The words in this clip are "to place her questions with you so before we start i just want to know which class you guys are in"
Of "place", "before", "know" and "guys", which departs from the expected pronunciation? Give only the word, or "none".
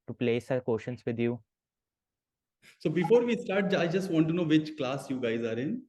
none